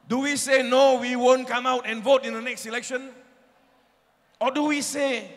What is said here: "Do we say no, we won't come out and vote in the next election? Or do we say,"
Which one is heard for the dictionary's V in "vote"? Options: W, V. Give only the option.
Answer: V